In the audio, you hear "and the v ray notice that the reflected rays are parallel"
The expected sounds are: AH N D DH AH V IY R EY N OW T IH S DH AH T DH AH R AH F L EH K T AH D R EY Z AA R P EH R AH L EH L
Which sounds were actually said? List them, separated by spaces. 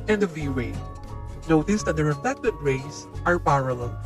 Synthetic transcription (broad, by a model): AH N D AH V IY W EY N OW T IH S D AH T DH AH R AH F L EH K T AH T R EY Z AA R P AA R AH L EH L